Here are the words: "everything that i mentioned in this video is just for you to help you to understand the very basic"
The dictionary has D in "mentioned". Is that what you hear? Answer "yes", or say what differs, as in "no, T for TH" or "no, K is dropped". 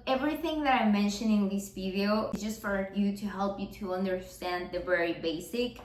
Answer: no, D is dropped